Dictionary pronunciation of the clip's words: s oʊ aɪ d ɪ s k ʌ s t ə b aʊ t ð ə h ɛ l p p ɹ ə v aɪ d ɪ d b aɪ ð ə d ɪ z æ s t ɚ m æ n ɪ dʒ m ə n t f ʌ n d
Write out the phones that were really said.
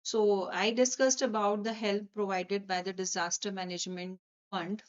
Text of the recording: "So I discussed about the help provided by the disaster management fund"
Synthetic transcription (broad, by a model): s oʊ aɪ d ɪ s k ʌ s t ə b aʊ t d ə h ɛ l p p ɹ ə v aɪ d ɪ d b aɪ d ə d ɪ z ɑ s t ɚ m æ n ɪ dʒ m ə n t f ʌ n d